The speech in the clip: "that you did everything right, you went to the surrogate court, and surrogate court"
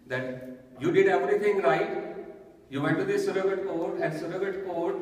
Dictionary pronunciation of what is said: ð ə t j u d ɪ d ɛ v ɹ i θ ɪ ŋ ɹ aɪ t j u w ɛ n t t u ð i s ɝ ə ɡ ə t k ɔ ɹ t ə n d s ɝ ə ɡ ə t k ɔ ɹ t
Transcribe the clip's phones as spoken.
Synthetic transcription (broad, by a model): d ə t j u d ɪ d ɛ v ɹ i t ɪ ŋ ɹ aɪ t j u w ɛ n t t u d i s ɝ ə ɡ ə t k ɔ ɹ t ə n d s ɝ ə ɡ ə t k ɔ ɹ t